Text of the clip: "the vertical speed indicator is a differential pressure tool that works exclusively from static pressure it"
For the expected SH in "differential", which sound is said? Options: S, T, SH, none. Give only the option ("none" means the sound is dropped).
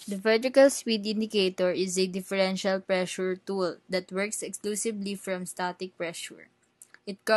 SH